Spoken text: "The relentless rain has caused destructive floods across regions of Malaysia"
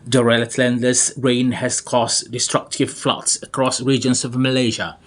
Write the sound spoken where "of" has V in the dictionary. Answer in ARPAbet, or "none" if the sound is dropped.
V